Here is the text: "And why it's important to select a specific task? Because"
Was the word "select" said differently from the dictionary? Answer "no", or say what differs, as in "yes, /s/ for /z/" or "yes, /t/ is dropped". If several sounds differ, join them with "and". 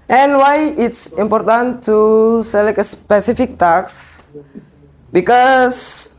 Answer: yes, /t/ is dropped